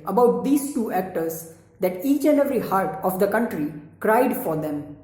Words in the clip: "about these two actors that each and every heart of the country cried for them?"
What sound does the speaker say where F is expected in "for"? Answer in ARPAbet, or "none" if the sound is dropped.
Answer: F